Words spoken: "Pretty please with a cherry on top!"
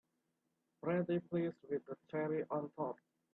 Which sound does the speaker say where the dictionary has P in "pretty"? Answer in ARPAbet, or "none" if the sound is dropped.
B